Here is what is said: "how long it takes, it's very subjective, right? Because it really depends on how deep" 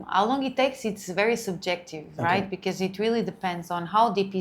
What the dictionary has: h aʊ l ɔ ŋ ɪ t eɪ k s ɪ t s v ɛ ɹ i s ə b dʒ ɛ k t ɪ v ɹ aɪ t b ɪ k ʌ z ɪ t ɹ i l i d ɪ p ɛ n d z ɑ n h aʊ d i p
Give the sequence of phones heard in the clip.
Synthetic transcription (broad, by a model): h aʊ l ɔ ŋ ɪ t eɪ k s ɪ t s v ɛ ɹ i s ə b dʒ ɛ k t ɪ v ɹ aɪ t b ɪ k ʌ z ɪ t ɹ i l i d ɪ p ɛ n d z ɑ n h aʊ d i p